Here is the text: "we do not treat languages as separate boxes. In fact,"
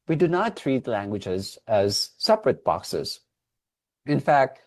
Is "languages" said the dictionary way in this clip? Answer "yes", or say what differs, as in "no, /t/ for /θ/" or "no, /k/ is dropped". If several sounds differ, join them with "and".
yes